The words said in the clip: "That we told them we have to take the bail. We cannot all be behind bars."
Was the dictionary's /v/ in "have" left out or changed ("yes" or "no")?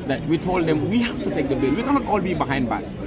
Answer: yes